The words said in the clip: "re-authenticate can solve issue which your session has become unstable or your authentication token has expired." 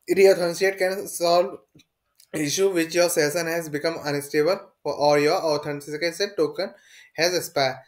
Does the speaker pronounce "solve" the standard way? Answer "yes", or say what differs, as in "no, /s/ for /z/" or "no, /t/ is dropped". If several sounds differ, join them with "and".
yes